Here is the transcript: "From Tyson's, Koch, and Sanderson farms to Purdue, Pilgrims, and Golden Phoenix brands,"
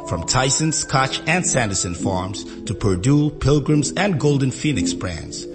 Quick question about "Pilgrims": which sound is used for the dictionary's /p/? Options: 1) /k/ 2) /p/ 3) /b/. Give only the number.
2